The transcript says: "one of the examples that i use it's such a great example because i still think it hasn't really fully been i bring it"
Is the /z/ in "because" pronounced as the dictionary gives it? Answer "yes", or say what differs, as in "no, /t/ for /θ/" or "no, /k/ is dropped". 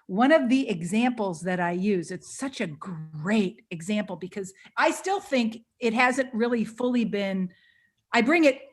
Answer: yes